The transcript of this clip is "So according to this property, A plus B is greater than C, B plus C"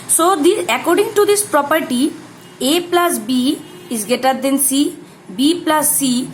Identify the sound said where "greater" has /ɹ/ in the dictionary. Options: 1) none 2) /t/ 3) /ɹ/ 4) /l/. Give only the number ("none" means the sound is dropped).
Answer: 1